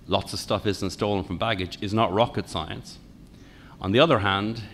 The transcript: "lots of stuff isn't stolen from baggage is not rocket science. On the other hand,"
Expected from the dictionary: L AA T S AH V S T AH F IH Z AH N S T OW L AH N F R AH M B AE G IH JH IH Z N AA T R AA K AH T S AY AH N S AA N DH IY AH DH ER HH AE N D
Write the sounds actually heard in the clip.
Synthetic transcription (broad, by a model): L AA T S AH V S T AH F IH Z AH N S T OW L AH N F R AH M B AE G IH JH IH Z N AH T R AA K AH T S AY AH N S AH N DH IY AH DH ER HH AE N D